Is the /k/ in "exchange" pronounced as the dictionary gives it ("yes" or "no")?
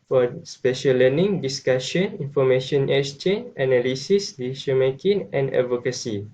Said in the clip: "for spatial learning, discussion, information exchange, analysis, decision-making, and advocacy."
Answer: no